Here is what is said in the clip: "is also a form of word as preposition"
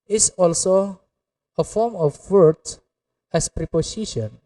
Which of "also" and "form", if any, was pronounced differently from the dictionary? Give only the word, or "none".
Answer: none